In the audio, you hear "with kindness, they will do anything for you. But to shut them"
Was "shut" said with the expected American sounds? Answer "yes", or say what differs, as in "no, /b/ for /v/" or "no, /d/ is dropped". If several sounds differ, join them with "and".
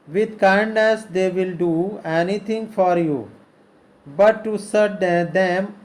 no, /s/ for /ʃ/